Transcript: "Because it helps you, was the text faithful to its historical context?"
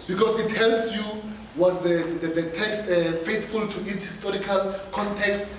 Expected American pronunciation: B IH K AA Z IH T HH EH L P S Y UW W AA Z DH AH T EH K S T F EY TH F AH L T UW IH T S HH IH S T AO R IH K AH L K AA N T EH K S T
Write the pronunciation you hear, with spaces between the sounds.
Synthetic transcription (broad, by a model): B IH K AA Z IH T HH EH L P S Y UW W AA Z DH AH T EH K S T F EY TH F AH L T UW IH T S HH IH S T AO R IH K AH L K AA N T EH K S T